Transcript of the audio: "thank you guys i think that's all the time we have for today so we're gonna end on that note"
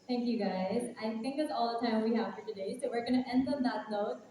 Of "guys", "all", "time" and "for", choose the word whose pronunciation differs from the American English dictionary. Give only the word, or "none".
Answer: none